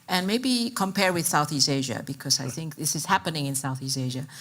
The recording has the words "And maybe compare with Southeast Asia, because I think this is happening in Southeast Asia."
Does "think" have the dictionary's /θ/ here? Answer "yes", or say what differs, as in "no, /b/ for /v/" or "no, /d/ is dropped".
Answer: yes